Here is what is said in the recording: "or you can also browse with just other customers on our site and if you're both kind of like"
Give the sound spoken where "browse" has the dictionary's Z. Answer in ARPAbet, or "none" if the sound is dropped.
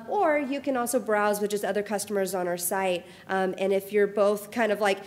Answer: Z